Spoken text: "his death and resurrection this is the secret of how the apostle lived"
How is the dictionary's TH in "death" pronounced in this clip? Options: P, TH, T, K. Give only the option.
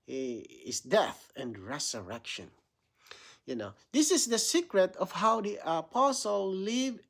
TH